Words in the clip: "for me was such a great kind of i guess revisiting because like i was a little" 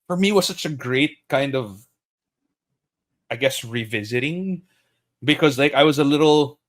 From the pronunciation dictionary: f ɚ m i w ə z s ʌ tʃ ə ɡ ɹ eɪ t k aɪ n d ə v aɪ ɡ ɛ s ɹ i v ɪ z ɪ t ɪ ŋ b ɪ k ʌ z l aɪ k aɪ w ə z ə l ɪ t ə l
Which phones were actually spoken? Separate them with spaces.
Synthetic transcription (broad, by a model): f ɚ m i w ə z s ʌ tʃ ə ɡ ɹ eɪ t k aɪ n d ə v aɪ ɡ ɛ s ɹ i v ɪ z ɪ t ɪ ŋ b ɪ k ʌ z l aɪ k aɪ w ə z ə l ɪ t l